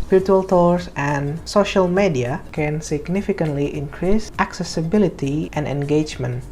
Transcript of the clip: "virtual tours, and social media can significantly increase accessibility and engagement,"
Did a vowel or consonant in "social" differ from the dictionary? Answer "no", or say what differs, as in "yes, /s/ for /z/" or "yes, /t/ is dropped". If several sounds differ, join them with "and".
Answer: no